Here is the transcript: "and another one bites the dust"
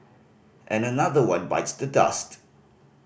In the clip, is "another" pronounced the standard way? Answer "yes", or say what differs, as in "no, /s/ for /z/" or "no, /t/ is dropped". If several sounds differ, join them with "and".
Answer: yes